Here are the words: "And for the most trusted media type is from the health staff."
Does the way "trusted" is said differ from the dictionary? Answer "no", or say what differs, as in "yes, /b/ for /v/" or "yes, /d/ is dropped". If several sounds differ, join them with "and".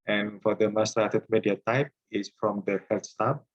yes, /s/ is dropped